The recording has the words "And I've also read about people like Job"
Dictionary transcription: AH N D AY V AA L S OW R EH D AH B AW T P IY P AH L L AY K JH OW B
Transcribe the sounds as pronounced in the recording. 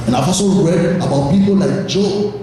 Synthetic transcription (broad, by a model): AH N AY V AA S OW R EH D AH B AW T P IY P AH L L AY K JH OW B